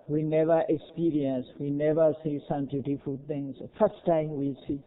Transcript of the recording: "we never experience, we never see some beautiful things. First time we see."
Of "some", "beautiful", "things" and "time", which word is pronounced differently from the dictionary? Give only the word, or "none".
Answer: things